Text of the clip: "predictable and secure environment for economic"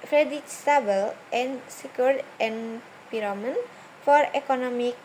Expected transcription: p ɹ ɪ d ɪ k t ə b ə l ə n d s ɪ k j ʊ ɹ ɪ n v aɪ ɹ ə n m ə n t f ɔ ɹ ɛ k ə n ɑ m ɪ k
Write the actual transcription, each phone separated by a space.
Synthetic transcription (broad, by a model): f ɹ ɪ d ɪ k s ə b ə l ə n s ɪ k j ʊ ɹ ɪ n p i ɹ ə m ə n f ɔ ɹ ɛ k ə n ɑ m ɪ k